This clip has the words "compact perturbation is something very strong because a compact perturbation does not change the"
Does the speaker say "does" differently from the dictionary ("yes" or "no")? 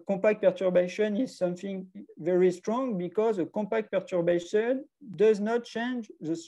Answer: no